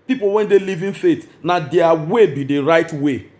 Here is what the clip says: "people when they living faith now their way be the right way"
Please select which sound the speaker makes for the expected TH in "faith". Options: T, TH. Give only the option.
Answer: T